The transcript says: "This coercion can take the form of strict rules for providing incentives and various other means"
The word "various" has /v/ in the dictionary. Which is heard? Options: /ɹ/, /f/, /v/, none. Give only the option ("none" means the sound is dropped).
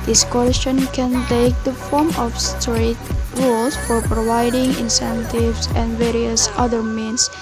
/v/